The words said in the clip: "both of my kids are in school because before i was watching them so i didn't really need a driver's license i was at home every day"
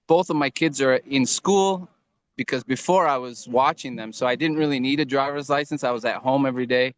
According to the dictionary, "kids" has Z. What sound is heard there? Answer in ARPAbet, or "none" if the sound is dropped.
Z